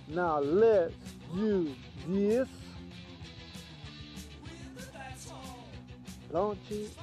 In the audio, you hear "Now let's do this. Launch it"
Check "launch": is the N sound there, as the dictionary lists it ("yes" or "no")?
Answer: no